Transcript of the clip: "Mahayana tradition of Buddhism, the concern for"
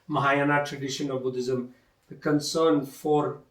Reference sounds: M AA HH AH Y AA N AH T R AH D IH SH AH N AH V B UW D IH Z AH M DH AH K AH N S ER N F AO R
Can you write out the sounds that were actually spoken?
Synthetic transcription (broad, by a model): M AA HH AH Y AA N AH T R AH D IH SH AH N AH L B UW D IH Z AH M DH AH K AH N S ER N F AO R